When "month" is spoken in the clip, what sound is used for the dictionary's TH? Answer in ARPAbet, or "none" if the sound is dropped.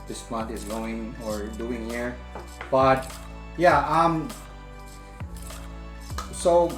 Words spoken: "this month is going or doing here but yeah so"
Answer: T